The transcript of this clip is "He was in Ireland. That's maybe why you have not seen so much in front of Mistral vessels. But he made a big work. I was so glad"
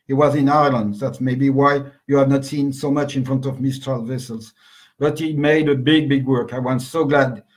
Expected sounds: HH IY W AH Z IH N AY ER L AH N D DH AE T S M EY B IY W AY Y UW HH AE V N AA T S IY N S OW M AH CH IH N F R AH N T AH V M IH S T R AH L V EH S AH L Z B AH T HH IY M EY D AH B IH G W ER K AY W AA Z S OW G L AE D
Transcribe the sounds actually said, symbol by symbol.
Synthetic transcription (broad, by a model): HH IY W AH Z IH N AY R L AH N D DH AE T S M EY B IY W AY Y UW HH AE V N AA T S IY N S OW M AH CH IH N F R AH N T AH V M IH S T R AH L V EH S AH L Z B AH T HH IY M EY D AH B IH G W ER K AY W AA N S OW G L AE D